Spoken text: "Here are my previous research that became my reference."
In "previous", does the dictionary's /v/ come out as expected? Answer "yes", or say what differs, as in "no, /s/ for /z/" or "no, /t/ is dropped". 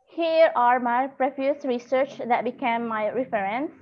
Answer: no, /f/ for /v/